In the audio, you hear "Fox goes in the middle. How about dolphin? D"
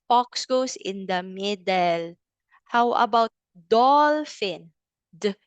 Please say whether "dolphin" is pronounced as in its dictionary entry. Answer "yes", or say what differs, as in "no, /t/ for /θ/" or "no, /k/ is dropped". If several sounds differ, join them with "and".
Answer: yes